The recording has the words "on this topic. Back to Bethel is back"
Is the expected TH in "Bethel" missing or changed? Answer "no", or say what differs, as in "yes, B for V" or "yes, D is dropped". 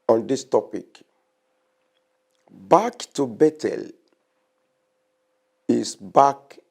yes, T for TH